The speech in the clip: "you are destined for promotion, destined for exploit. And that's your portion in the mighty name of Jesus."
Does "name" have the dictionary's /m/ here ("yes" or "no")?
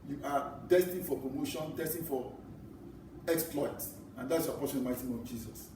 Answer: no